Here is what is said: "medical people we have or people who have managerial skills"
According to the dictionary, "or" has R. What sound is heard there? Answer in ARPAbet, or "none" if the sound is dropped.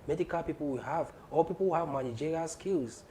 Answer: L